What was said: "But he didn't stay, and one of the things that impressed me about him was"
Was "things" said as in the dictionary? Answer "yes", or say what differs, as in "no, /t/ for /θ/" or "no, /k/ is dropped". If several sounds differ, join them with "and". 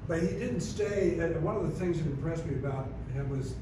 yes